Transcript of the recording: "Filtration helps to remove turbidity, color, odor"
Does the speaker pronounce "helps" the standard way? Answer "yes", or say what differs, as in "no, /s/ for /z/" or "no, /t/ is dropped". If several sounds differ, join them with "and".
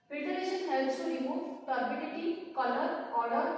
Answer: no, /p/ is dropped